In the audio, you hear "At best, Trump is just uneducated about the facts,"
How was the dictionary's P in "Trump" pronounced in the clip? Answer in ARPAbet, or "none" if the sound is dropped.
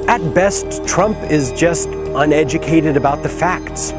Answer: P